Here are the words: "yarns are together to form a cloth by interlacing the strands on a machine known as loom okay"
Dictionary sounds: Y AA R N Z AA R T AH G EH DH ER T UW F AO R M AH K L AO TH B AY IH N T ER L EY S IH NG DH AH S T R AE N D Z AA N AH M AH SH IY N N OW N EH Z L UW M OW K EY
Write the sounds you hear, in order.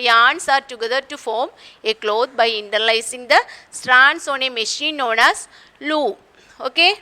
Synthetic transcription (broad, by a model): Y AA N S AA R T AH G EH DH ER T UW F AO R M AH K L AO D B AY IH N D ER L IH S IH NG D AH S T R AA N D S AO N AH M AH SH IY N N OW N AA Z L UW OW K EY